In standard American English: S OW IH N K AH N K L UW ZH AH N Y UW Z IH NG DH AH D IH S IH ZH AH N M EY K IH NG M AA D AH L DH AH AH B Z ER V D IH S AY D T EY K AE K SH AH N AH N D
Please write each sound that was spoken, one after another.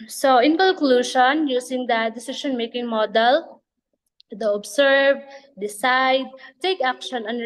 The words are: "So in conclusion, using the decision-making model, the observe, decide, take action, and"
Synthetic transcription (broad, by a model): S OW IH N K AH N K L UW SH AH N Y UW S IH NG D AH D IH S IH SH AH N M EY K IH NG M AA D AH L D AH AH B S ER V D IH S AY D T EY K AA K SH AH N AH N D